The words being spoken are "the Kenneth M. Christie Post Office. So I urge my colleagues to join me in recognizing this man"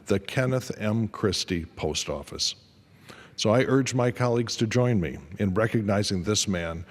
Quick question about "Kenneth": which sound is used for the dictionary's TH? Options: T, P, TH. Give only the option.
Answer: TH